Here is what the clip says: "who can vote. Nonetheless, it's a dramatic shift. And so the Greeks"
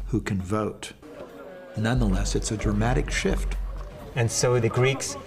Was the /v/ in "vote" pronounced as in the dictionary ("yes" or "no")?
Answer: yes